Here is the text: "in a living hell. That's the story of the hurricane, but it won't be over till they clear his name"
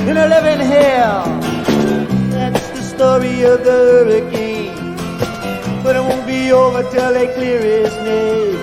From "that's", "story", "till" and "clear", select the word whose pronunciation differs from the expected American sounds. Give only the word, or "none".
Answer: none